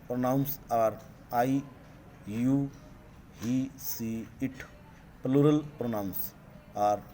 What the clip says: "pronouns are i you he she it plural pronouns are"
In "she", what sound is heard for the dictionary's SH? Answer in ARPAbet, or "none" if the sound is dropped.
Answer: S